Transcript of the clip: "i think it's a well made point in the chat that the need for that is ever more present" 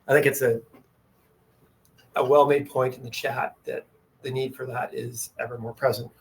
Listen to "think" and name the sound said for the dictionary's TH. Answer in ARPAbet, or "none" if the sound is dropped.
TH